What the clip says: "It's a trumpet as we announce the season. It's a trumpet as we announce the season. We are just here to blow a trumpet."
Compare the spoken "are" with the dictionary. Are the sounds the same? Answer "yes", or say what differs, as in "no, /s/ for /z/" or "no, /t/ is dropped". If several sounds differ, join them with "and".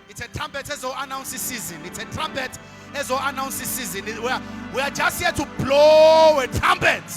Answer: no, /w/ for /ɹ/